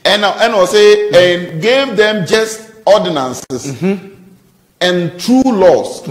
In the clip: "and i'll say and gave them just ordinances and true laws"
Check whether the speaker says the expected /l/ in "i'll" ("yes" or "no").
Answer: no